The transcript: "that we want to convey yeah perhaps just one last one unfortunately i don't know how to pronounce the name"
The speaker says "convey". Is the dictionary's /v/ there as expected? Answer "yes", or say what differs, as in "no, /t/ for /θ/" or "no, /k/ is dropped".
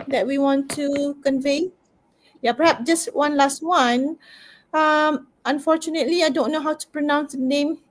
yes